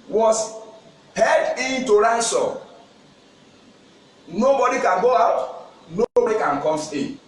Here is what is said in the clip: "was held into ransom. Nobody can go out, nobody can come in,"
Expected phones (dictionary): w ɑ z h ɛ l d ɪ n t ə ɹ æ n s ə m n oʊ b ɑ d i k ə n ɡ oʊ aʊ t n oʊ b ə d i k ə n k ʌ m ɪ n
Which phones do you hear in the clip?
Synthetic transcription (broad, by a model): w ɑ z h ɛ d ɪ n t ə ɹ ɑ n s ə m n oʊ b ɑ d i k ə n ɡ oʊ aʊ t n oʊ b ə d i k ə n k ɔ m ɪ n